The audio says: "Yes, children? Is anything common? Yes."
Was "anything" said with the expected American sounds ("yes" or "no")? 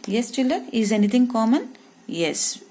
no